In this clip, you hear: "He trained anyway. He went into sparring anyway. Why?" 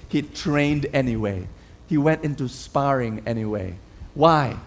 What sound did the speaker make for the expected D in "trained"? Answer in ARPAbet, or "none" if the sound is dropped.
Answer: D